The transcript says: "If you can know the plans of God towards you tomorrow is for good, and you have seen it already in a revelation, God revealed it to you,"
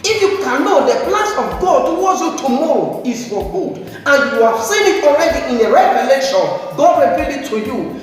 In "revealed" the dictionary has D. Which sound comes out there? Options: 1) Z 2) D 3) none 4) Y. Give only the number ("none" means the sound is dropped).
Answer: 3